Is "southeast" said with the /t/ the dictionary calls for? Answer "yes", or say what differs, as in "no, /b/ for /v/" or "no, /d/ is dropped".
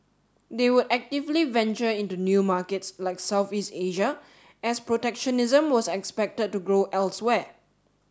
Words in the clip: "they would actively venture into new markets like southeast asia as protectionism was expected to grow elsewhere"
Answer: yes